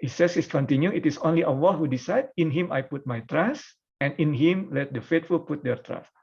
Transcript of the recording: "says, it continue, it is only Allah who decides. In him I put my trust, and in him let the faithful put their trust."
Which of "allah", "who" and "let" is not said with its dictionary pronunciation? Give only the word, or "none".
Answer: allah